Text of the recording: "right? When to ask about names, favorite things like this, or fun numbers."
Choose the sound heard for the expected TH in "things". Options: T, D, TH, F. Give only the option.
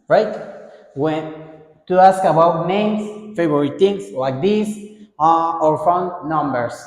T